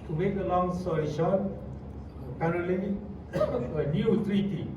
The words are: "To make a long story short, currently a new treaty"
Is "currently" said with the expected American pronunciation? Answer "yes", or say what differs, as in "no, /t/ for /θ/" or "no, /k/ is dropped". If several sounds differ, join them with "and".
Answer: no, /n/ is dropped